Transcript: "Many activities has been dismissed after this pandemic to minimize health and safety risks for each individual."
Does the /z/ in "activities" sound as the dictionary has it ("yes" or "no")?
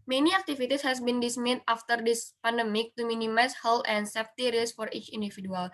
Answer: no